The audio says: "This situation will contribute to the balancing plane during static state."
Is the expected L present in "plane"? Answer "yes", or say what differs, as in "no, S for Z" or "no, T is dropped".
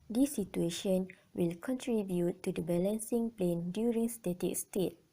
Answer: yes